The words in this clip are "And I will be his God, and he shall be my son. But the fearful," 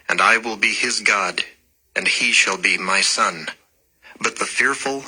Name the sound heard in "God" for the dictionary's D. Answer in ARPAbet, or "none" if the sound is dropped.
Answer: D